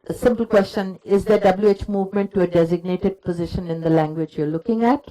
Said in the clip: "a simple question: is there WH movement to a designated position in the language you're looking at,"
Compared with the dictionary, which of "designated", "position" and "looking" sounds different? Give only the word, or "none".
none